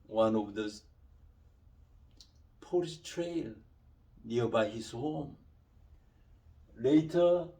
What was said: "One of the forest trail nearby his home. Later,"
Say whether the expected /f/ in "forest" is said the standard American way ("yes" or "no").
no